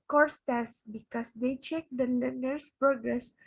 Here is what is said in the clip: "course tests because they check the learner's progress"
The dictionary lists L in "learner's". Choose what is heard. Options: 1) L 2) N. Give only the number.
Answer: 2